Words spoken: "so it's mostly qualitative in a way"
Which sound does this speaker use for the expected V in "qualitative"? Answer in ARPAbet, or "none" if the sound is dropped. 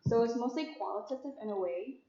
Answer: V